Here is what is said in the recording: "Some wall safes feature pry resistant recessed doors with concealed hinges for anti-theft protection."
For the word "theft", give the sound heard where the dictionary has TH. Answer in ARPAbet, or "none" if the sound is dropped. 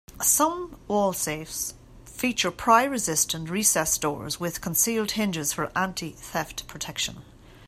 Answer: TH